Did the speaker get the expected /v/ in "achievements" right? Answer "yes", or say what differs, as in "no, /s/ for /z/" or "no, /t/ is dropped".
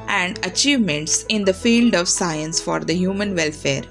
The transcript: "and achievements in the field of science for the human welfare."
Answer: yes